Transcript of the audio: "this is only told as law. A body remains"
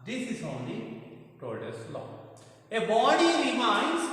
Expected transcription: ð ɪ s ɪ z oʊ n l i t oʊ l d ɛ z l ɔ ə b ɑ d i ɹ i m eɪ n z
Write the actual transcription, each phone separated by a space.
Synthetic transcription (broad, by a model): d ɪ s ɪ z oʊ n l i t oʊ d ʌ s l ɔ ə b ɑ d i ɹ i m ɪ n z